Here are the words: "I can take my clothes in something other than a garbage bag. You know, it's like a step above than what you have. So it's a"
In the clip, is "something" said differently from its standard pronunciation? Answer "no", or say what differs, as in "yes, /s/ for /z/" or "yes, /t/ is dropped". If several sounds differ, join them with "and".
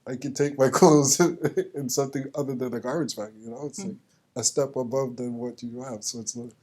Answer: no